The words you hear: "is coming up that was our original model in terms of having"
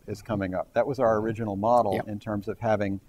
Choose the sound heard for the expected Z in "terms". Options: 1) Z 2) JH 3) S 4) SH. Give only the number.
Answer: 1